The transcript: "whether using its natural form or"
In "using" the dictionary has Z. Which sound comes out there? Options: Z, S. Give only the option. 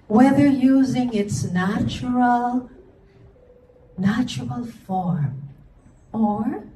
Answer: Z